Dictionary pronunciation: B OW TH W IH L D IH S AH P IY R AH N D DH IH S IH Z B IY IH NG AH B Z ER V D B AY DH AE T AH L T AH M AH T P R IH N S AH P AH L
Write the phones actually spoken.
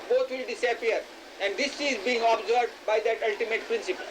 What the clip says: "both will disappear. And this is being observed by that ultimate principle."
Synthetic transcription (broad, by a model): B OW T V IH L D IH S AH P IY R AH N D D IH S IH Z B IY IH NG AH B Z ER D B AY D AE T AH L T AH M AH T P R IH N S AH P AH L